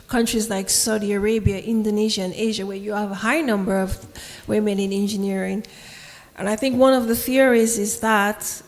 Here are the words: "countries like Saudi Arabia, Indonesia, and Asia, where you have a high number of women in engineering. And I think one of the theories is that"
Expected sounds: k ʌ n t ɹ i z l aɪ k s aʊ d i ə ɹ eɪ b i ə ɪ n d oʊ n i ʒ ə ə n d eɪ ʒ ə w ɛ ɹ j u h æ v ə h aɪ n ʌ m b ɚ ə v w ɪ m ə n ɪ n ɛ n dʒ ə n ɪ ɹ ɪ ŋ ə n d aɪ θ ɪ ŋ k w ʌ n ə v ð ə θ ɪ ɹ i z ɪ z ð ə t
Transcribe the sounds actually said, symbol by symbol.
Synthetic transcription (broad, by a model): k ʌ n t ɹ i z l aɪ k s aʊ d i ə ɹ eɪ b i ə ɪ n d oʊ n i ʒ ə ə n eɪ ʒ ə w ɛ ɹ j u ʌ v ə h aɪ n ʌ m b ɚ ə v w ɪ m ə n ɪ n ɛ n dʒ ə n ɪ ɹ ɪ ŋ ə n aɪ θ ɪ ŋ k w ʌ n ə v ð ə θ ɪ ɹ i z ɪ z ð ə t